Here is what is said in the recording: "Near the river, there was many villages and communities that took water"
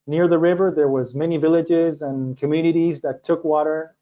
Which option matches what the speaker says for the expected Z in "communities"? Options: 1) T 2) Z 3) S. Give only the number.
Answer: 2